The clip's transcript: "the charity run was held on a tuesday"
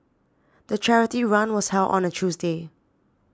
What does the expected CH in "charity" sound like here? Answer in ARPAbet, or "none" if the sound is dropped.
CH